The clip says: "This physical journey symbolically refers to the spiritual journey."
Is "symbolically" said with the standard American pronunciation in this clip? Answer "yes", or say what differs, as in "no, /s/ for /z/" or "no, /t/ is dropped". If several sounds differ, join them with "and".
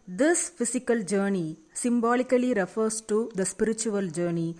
yes